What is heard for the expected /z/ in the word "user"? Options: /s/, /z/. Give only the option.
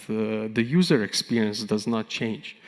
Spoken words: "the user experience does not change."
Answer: /z/